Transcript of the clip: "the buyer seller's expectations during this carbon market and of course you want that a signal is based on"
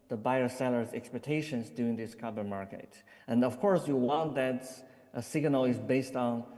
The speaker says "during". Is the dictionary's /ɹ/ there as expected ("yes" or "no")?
no